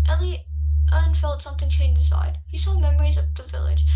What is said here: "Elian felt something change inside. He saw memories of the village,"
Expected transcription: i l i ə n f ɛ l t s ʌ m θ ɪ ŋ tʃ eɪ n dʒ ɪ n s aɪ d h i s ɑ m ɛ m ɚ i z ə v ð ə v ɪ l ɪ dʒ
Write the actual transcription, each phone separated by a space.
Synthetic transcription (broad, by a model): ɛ l i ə n f ɛ l t s ʌ m θ ɪ ŋ tʃ eɪ n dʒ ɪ s aɪ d h i s ɑ m ɛ m ɚ i z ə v ð ə v ɪ l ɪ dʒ